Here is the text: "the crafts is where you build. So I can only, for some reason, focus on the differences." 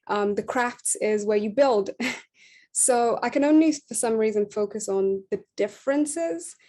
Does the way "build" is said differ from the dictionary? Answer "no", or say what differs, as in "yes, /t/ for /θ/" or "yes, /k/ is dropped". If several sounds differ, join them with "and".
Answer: no